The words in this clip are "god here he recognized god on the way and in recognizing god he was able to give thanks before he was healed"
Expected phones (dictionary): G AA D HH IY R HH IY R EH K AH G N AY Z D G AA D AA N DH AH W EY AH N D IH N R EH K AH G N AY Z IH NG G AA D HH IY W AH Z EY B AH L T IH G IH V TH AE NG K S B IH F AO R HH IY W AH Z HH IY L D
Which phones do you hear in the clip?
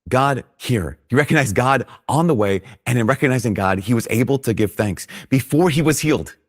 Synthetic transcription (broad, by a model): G AA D HH IY R HH IY R EH K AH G N AY Z G AA D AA N DH AH W EY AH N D IH N R EH K AH G N AY Z IH NG G AA D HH IY W AH Z EY B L T IH G IH V TH AE NG K S B IH F AO R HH IY W AH Z HH IY L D